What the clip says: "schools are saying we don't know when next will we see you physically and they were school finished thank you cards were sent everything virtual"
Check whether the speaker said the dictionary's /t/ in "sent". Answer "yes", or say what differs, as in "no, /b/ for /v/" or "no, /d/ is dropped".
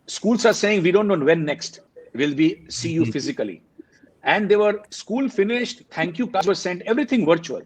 yes